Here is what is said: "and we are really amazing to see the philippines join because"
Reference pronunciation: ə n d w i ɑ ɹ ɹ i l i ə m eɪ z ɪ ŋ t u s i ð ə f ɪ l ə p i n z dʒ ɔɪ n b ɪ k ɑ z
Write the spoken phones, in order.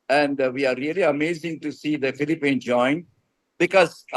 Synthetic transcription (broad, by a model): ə n d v i ɑ ɹ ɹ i l i ə m eɪ z ɪ ŋ t u s i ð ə f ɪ l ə p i n dʒ ɔɪ n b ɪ k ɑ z